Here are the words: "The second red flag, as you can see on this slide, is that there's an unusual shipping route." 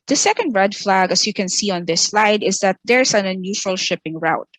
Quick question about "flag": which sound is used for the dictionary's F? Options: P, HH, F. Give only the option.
F